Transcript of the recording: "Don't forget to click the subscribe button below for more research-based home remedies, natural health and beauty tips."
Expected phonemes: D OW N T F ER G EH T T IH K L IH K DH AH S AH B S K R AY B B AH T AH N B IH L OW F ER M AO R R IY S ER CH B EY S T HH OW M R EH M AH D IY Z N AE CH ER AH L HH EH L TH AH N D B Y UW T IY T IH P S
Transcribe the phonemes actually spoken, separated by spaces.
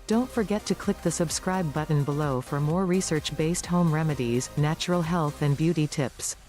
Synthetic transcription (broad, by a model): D OW N T F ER G EH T T IH K L IH K DH AH S AH B S K R AY B B AH T N B IH L OW F ER M AO R R IY S ER CH B EY S T HH OW M R EH M AH D IY Z N AE CH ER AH L HH EH L TH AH N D B Y UW T IY T IH P S